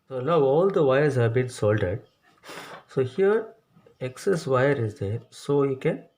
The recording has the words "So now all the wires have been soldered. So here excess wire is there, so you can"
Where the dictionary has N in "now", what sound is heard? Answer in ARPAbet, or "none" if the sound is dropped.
L